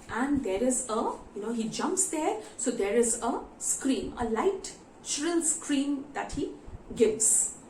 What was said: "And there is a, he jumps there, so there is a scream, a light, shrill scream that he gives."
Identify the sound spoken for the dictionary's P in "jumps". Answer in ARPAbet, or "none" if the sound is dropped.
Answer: P